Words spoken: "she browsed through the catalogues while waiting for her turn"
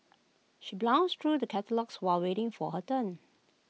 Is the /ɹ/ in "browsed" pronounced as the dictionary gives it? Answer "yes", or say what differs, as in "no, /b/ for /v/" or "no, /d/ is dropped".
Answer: no, /l/ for /ɹ/